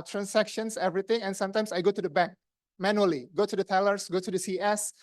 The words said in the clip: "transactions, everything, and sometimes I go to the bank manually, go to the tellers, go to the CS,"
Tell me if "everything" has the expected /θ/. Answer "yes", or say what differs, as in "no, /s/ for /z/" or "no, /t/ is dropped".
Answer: no, /t/ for /θ/